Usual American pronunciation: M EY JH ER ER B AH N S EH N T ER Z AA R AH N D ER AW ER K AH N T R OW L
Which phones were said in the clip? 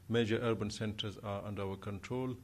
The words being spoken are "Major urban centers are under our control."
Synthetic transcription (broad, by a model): M EY JH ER ER B AH N S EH N T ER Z AA R AH N D ER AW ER K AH N T R OW L